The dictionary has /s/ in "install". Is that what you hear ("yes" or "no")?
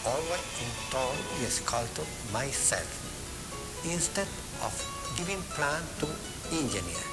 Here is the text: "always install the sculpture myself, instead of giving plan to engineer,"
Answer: no